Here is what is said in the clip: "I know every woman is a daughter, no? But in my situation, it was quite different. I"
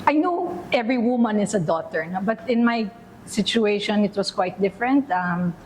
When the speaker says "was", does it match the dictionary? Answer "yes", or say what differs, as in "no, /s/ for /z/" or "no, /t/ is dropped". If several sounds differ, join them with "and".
no, /s/ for /z/